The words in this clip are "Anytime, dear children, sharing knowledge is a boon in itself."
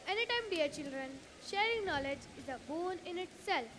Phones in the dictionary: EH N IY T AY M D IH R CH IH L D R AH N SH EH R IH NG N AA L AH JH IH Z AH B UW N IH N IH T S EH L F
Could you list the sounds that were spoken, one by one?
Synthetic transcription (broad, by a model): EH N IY T AY M D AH R CH IH L D R AH N SH EH R IH NG N AA L AH JH IH Z AH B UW N IH N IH T S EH L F